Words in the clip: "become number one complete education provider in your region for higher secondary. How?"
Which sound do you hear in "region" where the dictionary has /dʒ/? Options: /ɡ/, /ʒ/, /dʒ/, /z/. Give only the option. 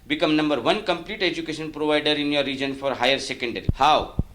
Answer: /dʒ/